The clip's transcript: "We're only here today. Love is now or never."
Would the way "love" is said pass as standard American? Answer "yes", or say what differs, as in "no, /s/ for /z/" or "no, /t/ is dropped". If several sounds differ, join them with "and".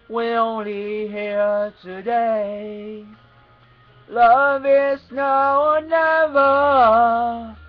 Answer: yes